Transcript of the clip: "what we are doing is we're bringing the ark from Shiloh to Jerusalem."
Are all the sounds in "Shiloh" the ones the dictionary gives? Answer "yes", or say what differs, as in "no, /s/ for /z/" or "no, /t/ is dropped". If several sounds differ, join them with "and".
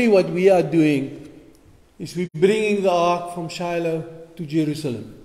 yes